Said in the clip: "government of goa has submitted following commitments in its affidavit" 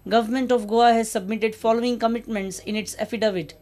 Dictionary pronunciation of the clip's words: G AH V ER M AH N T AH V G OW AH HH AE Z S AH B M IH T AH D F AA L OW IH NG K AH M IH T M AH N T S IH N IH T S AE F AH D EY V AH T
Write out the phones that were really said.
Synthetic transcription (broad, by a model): G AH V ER M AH N T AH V G OW AH HH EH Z S AH B M IH T AH D F AA L OW IH NG K AH M IH T M AH N T S IH N IH T S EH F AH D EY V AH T